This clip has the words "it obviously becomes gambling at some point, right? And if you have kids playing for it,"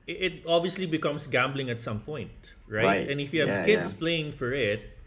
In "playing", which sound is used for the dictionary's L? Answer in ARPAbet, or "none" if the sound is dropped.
L